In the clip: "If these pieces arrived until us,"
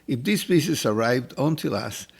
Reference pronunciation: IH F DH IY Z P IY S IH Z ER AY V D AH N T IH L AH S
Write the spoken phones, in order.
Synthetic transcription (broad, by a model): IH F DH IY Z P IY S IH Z ER AY V D AH N T IH L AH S